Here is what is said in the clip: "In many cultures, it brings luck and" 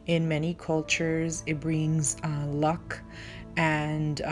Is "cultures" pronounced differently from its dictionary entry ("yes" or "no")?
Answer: no